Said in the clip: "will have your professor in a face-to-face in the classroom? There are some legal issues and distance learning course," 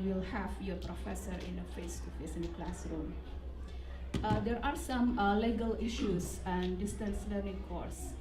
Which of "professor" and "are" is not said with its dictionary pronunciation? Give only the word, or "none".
none